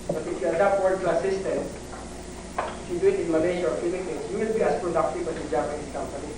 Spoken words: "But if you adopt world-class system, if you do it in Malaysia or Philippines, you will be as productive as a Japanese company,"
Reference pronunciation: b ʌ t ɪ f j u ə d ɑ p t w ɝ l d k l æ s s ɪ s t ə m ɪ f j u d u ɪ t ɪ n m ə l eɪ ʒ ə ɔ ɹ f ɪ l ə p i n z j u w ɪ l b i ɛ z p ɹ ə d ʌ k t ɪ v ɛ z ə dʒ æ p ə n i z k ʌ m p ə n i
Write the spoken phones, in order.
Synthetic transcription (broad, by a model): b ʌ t ɪ f j u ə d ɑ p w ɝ d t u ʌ s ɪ s t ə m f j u d u ɪ t ɪ n m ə l eɪ ʃ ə ɔ ɹ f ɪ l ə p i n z j u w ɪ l b i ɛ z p ɹ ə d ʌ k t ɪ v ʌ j ə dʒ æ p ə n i s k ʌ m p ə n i